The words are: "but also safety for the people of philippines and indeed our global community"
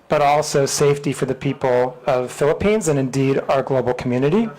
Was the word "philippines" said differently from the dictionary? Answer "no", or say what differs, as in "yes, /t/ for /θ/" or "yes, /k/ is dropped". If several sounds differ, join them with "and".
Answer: no